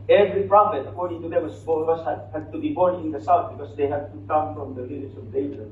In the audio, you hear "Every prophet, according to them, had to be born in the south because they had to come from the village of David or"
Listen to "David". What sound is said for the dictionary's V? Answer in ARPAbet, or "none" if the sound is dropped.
none